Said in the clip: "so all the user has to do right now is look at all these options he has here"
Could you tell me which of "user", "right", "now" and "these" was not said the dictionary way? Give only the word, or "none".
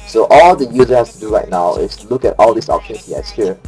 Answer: these